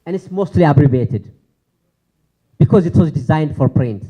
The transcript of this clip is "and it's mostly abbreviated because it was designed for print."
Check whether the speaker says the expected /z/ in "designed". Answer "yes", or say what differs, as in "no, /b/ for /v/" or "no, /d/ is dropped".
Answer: yes